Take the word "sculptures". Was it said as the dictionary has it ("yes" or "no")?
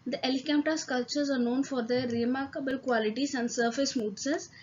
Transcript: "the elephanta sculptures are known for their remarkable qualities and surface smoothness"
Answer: no